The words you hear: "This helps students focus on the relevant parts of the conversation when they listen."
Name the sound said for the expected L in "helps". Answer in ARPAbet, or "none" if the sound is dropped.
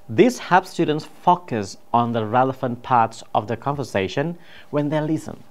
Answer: none